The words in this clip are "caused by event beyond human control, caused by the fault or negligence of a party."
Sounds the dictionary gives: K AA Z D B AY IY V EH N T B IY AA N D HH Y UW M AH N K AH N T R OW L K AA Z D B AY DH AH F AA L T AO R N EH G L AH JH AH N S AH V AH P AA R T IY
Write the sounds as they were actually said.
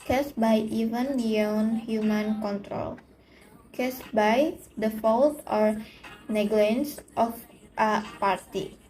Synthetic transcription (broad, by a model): K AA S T B AY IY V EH N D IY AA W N HH Y UW M AH N K AH N T R OW L K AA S B AY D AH F AA L T AO R N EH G L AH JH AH N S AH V AH P AA R T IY